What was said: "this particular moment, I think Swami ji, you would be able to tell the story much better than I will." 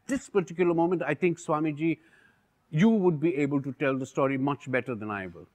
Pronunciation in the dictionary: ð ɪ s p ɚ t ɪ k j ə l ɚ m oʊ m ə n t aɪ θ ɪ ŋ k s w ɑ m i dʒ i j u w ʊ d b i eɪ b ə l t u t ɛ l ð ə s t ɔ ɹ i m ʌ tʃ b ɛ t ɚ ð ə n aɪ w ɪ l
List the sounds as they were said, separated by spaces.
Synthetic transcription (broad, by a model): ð ɪ s p ɚ t ɪ k j ə l ɚ m oʊ m ə n t aɪ t ɪ ŋ k s w ɑ m i dʒ i j u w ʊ d b i eɪ b ə l t u t ɛ l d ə s t ɔ ɹ i m ʌ tʃ b ɛ t ɚ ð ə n aɪ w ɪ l